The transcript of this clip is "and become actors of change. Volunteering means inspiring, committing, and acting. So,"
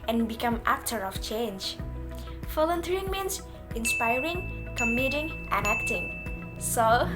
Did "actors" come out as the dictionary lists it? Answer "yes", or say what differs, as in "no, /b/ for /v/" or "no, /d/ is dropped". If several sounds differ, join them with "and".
no, /z/ is dropped